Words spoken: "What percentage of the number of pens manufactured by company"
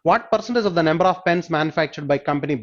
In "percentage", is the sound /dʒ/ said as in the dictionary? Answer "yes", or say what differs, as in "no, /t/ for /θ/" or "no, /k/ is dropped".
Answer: no, /z/ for /dʒ/